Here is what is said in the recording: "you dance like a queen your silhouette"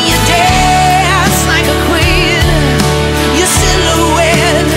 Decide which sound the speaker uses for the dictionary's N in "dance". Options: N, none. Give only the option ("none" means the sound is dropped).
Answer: none